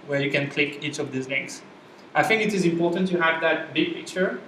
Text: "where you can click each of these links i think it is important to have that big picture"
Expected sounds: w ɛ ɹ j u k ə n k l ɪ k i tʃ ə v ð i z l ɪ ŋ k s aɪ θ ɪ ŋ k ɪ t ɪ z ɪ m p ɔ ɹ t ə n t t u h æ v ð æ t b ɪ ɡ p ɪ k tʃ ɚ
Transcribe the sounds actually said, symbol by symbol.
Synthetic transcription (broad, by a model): w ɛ ɹ j u k ə n k l ɪ k i tʃ ə v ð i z n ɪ k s aɪ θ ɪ ŋ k ɪ t ɪ z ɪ m p ɔ ɹ t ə n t t u h æ v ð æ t b ɪ ɡ p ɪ k tʃ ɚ